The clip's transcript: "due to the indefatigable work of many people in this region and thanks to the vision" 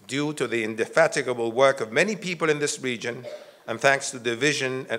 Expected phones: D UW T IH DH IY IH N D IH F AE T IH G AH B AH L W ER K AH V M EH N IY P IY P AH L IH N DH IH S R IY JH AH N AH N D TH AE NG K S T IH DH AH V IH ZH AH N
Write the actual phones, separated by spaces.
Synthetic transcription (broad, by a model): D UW T IH DH IY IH N D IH F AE T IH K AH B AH L W ER K AH V M EH N IY P IY P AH L IH N DH IH S R IY JH AH N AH N TH AE NG K S T IH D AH V IH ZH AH N